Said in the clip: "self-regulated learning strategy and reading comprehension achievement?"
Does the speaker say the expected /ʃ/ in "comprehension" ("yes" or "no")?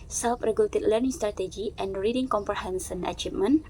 no